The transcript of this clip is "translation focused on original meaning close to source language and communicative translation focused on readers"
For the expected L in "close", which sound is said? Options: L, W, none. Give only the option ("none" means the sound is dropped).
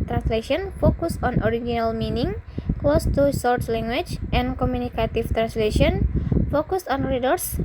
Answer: L